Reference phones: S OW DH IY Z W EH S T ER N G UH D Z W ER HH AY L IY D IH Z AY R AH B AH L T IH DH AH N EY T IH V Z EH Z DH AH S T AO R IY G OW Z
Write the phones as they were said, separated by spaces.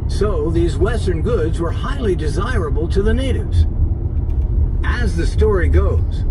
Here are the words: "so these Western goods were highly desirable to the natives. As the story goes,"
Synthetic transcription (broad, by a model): S OW DH IY Z W EH S T ER N G UH D Z W ER HH AY L IY D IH Z AY R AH B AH L T IH DH AH N EY T IH V Z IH Z DH AH S T AO R IY G OW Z